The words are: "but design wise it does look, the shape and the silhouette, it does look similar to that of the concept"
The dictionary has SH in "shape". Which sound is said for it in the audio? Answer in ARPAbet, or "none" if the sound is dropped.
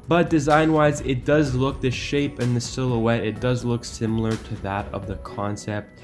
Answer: SH